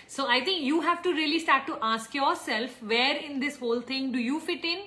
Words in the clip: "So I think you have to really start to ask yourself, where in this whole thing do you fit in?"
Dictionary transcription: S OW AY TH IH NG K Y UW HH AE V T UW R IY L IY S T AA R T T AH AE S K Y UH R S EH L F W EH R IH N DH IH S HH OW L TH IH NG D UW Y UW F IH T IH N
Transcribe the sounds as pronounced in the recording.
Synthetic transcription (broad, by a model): S OW AY T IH NG K Y UW HH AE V T UW R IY L IY S T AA R T T AH S K Y UH R S EH L F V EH R IH N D IH S HH OW L T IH NG D UW Y UW F IH T IH N